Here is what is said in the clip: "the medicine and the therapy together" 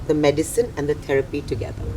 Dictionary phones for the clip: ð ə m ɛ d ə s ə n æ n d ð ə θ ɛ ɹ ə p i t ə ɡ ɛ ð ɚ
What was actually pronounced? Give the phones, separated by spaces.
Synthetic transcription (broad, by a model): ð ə m ɛ d ə s ə n æ n d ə t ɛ ɹ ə p i t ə ɡ ɛ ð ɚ